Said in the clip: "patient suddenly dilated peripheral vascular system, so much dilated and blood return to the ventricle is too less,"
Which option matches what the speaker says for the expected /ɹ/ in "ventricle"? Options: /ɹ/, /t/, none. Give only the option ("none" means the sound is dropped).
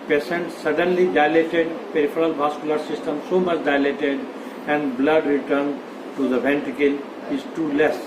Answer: none